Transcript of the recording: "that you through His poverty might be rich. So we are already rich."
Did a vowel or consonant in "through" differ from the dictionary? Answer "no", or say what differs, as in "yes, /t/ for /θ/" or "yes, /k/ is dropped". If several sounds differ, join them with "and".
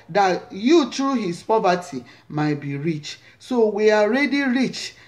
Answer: yes, /t/ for /θ/